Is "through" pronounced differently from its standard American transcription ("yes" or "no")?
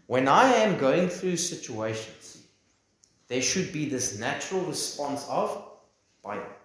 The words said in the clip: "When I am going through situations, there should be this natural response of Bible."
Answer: no